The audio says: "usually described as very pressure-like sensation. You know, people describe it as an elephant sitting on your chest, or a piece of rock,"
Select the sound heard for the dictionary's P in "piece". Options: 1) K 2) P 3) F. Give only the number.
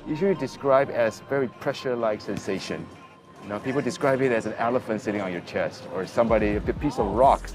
2